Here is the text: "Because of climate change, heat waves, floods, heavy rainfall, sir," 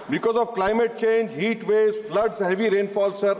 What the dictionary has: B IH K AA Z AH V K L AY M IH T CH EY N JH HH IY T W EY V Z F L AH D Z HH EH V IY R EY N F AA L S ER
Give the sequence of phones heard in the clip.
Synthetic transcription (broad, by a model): B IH K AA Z AH V K L AY M IH T CH EY N JH HH IY T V EY Z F L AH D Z HH EH V IY R EY N F AA L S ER